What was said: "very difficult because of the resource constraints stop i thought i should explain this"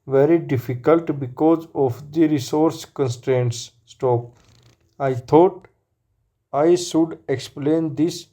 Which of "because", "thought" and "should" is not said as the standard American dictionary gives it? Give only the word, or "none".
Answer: thought